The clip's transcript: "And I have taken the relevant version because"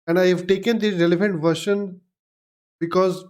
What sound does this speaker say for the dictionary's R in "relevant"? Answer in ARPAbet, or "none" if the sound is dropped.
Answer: R